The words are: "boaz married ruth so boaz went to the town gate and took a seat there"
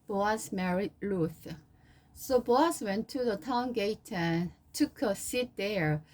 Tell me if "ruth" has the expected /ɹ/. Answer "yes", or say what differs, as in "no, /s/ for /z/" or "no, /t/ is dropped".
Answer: no, /l/ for /ɹ/